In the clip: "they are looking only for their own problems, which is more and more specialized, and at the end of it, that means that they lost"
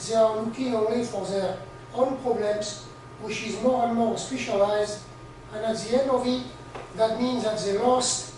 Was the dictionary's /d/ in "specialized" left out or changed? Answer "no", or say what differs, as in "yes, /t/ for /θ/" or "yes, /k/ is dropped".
no